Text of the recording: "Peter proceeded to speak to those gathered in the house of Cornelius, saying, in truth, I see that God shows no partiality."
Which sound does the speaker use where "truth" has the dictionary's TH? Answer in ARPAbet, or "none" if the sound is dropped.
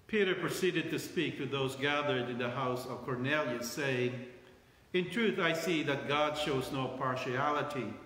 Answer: TH